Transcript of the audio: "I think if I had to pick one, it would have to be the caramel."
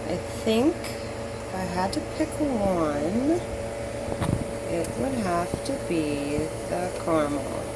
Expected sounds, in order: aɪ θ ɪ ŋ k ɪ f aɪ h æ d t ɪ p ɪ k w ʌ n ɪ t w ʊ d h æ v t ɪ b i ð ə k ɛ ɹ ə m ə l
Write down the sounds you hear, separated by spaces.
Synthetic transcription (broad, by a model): aɪ θ ɪ ŋ k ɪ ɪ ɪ d t ɪ p ɪ k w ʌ n ɪ t w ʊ d h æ f t ɪ b i ð ə k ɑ ɹ m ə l